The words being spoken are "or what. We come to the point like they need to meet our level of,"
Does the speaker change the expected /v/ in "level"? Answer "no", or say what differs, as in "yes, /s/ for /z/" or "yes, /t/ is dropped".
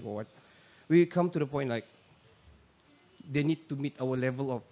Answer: no